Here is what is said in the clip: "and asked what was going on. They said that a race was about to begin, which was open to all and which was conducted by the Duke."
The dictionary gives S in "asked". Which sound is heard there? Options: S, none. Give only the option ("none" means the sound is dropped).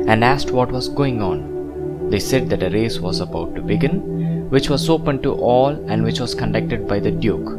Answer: S